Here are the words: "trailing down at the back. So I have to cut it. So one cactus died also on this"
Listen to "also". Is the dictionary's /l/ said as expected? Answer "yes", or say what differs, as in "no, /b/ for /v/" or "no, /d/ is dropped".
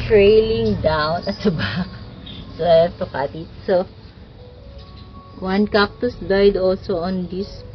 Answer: yes